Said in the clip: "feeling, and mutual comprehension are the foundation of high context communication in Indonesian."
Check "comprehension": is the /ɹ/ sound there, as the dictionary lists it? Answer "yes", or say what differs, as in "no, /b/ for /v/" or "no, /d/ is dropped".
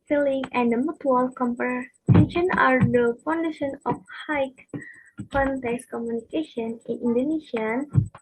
no, /ɹ/ is dropped